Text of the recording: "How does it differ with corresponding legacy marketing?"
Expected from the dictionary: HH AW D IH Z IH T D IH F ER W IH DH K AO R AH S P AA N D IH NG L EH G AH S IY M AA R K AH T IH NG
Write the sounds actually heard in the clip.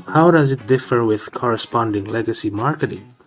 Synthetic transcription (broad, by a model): HH AW D IH Z IH T D IH F ER W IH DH K AO R AH S P AA N D IH NG L EH G AH S IY M AA R K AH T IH NG